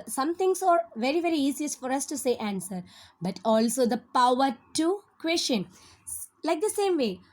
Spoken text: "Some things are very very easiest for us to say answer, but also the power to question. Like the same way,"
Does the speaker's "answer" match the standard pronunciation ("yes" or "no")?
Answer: yes